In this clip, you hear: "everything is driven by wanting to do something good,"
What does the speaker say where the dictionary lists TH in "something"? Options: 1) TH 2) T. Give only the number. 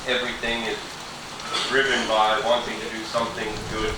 1